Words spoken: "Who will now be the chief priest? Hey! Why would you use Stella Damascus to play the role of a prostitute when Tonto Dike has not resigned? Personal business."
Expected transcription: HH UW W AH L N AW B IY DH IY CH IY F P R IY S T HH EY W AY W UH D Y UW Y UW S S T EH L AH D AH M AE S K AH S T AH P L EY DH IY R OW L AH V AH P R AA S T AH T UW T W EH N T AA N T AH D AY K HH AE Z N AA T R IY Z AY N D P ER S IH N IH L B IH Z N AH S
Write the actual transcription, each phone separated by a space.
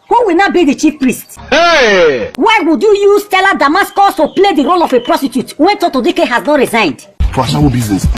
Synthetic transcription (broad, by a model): HH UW W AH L N AW B IY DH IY CH IY F P R IY S T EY W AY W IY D Y UW Y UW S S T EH L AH D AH M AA S K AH S T AH P L EY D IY R OW L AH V AH P R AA S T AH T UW T W EH N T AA T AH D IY K HH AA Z N AA T R IY Z AY N D F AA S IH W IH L B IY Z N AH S